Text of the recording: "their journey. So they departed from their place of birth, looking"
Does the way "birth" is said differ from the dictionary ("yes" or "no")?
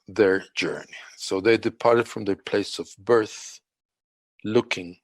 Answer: no